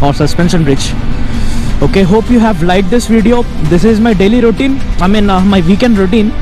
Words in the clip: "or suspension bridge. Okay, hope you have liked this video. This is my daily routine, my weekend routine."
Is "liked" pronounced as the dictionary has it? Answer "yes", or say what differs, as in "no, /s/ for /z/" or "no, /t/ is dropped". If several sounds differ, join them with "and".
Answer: no, /k/ is dropped